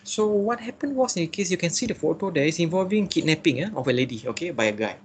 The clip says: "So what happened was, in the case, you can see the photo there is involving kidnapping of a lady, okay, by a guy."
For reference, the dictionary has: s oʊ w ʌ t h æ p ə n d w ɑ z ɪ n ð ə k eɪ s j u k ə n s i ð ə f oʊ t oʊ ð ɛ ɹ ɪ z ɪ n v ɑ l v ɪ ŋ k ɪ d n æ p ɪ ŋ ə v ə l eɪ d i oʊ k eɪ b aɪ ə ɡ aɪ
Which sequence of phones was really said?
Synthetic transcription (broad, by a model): s oʊ w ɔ t h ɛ p ə n w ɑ s ɪ n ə k eɪ s j u k ə n s i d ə f oʊ t oʊ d ɛ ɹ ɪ s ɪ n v ɑ l v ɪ ŋ k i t n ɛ p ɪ ŋ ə f ə l eɪ d i oʊ k eɪ b aɪ ə ɡ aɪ